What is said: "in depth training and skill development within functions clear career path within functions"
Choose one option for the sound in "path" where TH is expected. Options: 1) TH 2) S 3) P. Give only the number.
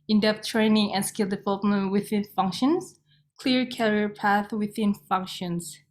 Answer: 1